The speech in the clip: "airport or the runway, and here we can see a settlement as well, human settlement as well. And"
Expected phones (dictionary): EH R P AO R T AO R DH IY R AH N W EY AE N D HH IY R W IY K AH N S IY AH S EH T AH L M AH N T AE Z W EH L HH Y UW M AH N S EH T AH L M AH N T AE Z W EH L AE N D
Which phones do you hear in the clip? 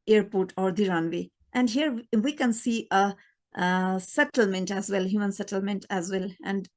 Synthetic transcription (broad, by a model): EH R P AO R T AO R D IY R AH N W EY AE N D HH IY R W IY K AH N S IY AH S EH T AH L M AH N T AE Z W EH L HH Y UW M AH N S EH T AH L M AH N T AE Z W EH L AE N D